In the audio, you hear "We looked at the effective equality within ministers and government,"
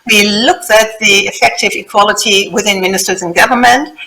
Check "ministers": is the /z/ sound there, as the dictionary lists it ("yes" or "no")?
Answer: yes